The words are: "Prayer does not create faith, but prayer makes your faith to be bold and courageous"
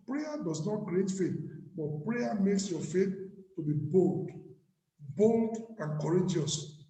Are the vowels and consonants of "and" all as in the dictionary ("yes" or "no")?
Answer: no